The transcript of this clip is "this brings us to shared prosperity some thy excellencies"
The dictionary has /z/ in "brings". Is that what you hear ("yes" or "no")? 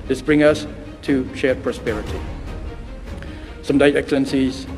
no